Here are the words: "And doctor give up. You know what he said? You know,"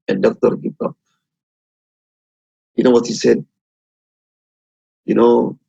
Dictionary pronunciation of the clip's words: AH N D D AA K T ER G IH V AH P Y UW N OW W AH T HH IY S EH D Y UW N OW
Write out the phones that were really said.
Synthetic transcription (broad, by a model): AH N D D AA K T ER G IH P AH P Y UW N OW W AH T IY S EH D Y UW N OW